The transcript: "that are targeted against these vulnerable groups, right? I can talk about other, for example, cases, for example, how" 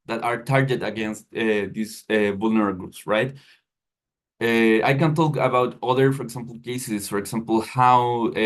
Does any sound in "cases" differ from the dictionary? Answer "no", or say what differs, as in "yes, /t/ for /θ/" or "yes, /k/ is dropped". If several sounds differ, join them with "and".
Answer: yes, /s/ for /z/